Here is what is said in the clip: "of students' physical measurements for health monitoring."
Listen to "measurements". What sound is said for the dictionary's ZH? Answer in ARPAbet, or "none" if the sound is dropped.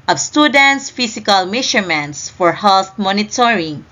SH